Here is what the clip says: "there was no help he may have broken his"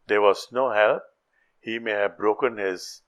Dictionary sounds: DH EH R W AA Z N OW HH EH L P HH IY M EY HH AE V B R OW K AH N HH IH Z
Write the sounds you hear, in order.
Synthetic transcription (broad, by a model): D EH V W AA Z N OW HH EH L P HH IY M EY HH AE V B R OW K AH N HH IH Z